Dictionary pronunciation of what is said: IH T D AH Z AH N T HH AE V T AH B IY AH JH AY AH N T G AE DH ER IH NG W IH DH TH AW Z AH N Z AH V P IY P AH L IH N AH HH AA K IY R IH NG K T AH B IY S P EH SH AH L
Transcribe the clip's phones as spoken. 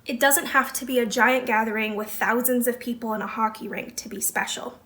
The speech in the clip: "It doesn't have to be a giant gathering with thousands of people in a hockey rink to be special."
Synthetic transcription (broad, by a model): IH T D AH Z AH N T HH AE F T AH B IY AH JH AY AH N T G AE DH ER IH NG W IH DH TH AW Z AH N Z AH V P IY P AH L IH N AH HH AA K IY R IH NG K T AH B IY S P EH SH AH L